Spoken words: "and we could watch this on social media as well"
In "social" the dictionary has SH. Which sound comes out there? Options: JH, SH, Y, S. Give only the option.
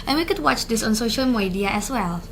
SH